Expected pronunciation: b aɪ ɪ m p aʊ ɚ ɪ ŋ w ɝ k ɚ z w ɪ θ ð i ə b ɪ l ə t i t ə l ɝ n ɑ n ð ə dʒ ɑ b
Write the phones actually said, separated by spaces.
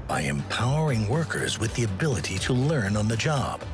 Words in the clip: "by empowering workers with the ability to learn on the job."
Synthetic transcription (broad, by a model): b aɪ ɪ m p aʊ ɚ ɪ ŋ w ɝ k ɚ z w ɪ ð i ə b ɪ l ə t i t ə l ɝ n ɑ n ð ə dʒ ɑ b